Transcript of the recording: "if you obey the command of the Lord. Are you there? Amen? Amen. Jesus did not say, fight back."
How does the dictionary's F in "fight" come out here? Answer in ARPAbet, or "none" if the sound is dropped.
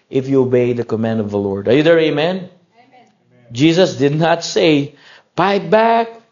P